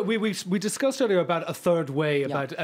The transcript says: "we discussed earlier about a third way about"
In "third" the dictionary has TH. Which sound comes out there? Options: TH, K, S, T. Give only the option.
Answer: TH